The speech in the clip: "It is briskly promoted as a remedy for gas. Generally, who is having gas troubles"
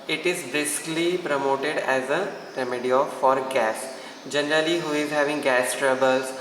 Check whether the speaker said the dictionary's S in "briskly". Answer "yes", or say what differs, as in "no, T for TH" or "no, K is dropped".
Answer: yes